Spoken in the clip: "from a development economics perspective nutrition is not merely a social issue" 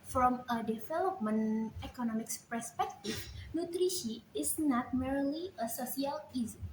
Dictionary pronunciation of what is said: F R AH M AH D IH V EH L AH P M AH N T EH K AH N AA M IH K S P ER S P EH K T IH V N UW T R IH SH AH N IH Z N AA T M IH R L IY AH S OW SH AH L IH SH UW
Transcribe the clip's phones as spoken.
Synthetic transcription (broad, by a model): F R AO M AH D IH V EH L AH P M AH N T EH K AH N AA M IH K S P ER S P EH K T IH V N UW T R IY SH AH IH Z N AA T M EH R L IY AH S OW S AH L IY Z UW